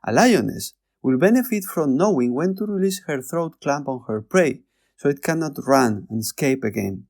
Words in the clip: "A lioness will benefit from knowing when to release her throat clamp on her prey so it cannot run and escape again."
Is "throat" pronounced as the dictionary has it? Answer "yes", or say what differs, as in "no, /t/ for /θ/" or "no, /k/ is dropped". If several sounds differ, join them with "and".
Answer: yes